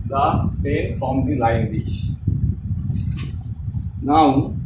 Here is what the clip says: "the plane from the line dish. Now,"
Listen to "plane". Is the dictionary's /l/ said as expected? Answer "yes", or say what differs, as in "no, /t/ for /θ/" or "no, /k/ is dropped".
no, /l/ is dropped